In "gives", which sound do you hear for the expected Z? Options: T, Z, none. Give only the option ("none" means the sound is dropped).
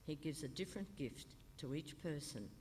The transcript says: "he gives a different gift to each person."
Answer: Z